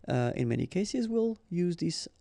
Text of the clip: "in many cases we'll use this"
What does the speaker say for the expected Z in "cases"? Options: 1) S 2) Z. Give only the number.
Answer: 2